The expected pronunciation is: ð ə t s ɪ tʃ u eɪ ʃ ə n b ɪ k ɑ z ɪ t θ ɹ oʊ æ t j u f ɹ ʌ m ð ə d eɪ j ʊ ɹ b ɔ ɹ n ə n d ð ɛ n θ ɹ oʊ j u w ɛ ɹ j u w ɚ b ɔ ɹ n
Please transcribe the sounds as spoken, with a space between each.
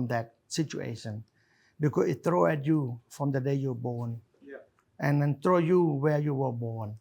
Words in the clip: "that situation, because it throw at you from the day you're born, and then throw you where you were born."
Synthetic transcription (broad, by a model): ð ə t s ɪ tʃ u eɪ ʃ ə n b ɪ k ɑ s ɪ t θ ɹ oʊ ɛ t j u f ɹ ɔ m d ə d eɪ j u b ɔ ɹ n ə n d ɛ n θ ɹ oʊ j u w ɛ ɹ j u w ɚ b ɔ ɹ n